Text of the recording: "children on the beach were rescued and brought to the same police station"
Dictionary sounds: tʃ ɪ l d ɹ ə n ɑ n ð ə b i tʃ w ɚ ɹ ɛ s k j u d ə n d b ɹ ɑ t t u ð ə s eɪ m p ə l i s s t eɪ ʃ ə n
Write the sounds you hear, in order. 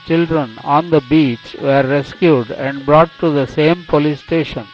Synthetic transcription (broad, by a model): tʃ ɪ l d ɹ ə n ɑ n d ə b i tʃ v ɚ ɹ ɛ s k j u d ə n d b ɹ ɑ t t u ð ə s eɪ m p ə l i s s t eɪ ʃ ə n